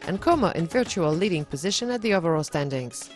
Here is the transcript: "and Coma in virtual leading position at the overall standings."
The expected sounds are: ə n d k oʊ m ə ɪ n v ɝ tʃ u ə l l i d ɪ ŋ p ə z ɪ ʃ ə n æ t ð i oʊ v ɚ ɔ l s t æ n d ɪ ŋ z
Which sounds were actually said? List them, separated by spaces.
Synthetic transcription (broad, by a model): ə n k oʊ m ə ɪ n v ɝ tʃ u ə l l i d ɪ ŋ p ə z ɪ ʃ ə n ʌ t ð i oʊ v ɚ ɔ l s t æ n d ɪ ŋ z